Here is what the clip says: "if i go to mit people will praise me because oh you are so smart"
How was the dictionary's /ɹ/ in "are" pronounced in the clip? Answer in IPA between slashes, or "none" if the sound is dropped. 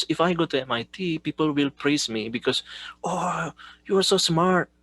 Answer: /ɹ/